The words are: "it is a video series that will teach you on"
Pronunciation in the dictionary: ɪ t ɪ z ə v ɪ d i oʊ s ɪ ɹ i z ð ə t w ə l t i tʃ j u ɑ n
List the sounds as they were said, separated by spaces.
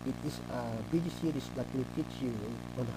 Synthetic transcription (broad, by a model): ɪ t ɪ s ə b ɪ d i s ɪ ɹ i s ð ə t w ə l t i tʃ j u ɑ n